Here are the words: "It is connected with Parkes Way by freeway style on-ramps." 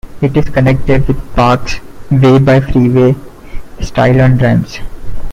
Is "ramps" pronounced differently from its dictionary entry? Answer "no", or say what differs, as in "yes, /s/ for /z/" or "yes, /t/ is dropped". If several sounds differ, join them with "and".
yes, /p/ is dropped